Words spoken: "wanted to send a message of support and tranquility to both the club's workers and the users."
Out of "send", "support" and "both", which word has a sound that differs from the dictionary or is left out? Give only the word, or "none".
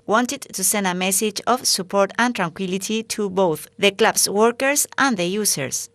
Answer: none